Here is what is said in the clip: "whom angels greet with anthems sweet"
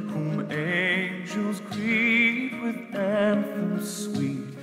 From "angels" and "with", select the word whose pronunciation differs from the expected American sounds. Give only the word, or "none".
none